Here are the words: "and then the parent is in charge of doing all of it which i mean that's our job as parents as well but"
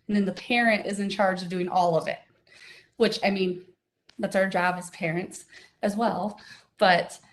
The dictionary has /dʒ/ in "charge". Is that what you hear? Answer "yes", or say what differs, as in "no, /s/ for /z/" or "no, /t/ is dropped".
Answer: yes